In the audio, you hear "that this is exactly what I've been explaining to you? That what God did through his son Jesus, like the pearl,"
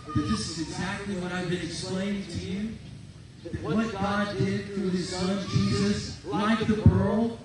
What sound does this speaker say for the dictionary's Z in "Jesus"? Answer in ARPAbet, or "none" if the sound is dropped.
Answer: Z